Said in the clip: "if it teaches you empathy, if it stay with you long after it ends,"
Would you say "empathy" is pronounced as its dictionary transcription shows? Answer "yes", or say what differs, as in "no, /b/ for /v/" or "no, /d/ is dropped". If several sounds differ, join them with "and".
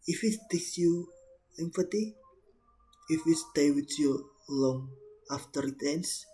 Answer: no, /f/ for /p/ and /t/ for /θ/